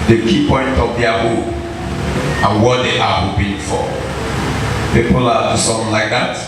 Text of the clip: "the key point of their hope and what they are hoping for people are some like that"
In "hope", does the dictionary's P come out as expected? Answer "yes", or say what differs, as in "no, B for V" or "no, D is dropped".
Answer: no, P is dropped